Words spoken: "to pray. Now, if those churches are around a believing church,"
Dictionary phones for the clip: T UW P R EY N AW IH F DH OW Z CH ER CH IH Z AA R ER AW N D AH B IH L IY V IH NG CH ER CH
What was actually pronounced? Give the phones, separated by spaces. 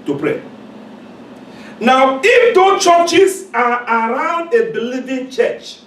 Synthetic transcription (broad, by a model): T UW P R EY N AW IH F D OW CH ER CH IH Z AA R AW N D AH B IH L IY V IH NG CH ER CH